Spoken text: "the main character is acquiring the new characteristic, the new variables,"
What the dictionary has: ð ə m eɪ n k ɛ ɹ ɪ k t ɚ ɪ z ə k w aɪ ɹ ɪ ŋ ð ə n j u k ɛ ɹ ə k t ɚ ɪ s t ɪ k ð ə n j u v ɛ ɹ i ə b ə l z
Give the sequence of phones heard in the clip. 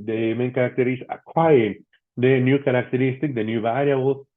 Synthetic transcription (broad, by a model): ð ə m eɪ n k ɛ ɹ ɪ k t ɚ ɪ s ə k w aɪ ɪ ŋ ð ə n j u k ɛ ɹ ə k t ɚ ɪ s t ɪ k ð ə n j u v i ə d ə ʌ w